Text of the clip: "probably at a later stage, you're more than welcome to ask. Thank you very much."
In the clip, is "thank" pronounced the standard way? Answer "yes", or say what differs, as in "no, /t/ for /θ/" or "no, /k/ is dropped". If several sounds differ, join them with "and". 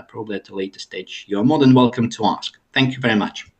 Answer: yes